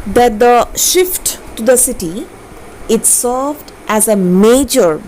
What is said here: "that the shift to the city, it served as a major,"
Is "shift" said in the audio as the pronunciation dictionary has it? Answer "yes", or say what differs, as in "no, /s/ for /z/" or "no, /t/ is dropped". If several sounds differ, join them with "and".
yes